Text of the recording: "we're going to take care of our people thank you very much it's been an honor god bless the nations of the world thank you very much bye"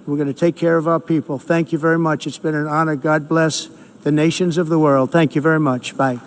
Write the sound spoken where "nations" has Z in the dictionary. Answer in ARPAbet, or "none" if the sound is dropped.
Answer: Z